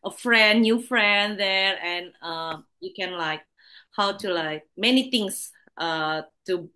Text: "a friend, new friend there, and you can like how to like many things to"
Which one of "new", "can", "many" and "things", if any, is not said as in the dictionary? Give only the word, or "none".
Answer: things